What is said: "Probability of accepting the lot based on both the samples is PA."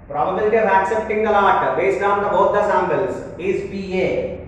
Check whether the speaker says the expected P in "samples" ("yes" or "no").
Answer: no